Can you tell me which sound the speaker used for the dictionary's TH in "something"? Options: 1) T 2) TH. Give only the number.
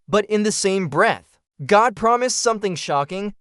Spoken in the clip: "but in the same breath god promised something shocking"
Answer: 2